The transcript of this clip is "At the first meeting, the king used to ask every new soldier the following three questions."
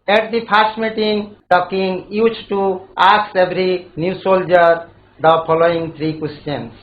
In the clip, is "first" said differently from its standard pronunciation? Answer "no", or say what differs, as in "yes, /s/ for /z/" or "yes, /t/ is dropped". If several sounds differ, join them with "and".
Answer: yes, /p/ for /f/